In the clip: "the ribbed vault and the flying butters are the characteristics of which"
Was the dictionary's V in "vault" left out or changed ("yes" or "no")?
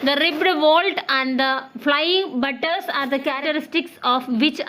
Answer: no